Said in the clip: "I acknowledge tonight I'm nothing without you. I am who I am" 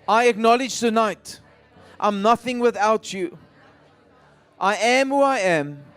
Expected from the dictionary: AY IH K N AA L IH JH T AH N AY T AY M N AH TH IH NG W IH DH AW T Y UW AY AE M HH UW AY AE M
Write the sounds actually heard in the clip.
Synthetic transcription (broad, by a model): AY IH K N AA L IH JH T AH N AY T AY M N AH TH IH NG W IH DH AW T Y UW AY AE M HH UW AY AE M